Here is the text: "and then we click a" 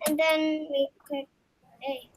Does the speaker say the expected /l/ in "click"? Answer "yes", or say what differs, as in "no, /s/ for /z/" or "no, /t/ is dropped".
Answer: no, /l/ is dropped